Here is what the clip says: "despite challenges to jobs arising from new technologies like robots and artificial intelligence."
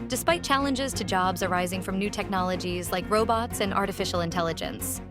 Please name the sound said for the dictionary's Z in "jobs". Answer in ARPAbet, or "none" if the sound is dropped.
Z